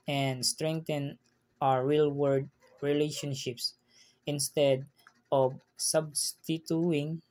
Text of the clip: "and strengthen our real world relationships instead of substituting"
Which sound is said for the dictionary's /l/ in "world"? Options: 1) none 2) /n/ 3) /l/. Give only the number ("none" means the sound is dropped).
1